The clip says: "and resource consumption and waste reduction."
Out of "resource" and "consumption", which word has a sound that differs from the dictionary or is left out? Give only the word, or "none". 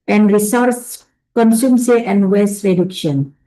consumption